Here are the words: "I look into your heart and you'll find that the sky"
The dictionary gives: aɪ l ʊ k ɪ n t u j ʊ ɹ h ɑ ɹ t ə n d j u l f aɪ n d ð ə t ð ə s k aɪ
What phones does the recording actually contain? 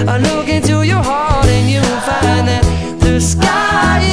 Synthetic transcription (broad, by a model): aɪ l ʊ k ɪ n t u j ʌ ɹ h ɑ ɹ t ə n j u n f aɪ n ð ə t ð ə s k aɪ